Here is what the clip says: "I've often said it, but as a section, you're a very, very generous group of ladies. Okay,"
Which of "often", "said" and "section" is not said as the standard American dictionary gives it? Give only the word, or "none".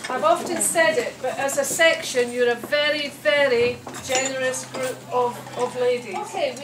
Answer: none